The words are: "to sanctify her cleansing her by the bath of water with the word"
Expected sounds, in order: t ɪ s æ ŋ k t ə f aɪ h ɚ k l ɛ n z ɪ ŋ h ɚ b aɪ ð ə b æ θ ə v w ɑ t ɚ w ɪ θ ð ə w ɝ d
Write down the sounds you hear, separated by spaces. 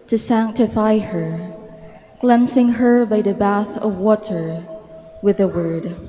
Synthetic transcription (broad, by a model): t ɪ s æ ŋ k t ə f aɪ h ɚ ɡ l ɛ n s ɪ ŋ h ɚ b aɪ ð ə b æ θ ə v w ɑ t ɚ w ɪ ð ə w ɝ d